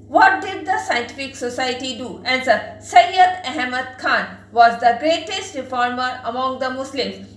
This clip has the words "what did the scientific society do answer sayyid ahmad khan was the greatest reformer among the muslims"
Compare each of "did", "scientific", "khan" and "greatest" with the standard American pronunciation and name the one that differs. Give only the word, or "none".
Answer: none